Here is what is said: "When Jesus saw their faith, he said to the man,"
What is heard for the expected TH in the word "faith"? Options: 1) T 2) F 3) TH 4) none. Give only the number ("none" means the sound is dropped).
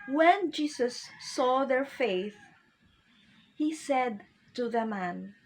3